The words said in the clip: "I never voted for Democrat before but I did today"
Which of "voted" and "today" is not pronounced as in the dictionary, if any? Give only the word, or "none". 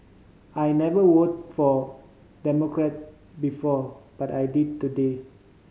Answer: voted